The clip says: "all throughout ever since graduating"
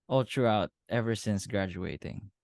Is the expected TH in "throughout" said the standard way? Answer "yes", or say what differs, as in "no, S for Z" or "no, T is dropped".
no, T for TH